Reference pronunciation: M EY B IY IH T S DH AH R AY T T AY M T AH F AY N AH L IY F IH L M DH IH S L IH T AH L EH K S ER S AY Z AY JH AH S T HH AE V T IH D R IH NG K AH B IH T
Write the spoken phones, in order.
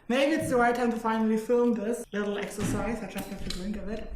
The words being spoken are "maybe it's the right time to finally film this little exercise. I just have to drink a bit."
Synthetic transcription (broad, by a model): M EY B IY IH T S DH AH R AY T T AY M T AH F AY N AH L IY F IH L M DH IH S L IH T L EH K S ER S AY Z AY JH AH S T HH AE F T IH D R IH NG K AH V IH T